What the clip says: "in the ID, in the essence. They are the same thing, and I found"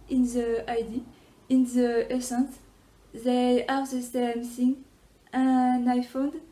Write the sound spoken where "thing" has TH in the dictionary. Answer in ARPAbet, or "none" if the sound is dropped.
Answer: S